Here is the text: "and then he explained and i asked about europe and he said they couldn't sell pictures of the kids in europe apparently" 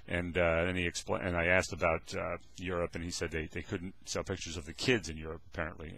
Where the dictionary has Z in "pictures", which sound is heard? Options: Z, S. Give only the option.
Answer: Z